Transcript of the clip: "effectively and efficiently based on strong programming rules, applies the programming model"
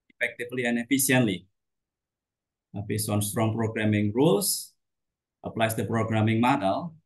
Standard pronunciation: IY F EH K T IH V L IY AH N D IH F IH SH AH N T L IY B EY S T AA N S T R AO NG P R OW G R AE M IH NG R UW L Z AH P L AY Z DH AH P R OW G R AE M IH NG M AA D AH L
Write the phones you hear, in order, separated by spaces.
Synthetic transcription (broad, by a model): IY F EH K T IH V L IY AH N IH F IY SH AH N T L IY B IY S AA N S T R AO NG P R OW G R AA M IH NG R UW L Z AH P L AY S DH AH P R OW G R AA M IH NG M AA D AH L